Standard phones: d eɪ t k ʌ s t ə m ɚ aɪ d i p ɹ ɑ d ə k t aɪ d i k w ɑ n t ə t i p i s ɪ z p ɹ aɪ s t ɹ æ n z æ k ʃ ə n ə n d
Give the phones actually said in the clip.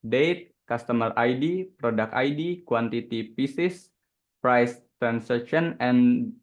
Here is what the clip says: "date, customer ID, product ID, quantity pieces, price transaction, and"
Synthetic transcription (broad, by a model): d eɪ t k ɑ s t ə m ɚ aɪ d i p ɹ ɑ d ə k aɪ d i k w ɑ n t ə t i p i s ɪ s p ɹ aɪ s t ɹ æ n s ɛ k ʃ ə n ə n